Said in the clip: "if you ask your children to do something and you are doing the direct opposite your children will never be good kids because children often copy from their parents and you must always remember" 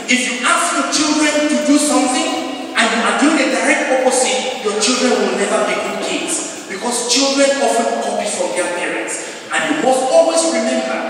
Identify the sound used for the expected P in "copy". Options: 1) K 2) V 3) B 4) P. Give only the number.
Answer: 3